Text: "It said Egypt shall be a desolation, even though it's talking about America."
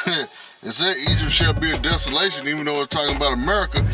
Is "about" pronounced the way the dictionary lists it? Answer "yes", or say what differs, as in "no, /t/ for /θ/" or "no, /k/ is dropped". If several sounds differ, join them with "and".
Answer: yes